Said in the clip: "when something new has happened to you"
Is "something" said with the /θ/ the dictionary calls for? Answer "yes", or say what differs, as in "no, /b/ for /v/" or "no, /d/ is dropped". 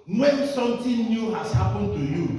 no, /t/ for /θ/